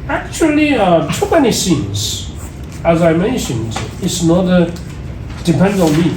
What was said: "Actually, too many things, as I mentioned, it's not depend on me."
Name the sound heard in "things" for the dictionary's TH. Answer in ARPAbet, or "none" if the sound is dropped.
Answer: S